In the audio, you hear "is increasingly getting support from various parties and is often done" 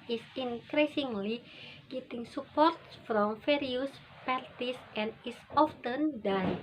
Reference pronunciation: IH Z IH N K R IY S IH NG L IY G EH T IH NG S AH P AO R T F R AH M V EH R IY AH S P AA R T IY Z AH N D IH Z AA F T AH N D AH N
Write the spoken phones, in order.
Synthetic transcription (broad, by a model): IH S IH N K R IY S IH NG L IY G EH T IH NG S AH P AO R T F R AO M F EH R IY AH S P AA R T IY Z AH N D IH S AA F T AH N D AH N